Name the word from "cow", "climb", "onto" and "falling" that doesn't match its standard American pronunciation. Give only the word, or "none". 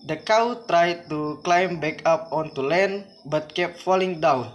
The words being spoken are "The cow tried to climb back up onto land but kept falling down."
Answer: none